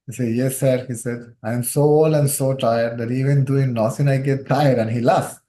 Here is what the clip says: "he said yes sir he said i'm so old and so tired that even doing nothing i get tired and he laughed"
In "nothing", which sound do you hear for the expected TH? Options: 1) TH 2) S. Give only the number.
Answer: 2